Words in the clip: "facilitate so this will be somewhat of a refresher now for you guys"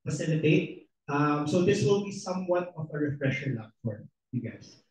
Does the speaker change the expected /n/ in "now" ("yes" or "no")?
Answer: yes